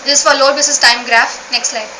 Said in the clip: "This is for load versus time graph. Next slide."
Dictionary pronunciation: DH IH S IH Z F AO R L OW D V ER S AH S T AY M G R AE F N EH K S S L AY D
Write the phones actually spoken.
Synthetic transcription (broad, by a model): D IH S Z F AO R L OW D B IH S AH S T AY M G R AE F N EH K S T L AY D